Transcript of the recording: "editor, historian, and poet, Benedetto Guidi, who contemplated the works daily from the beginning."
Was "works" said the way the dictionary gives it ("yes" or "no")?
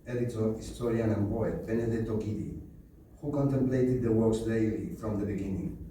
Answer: no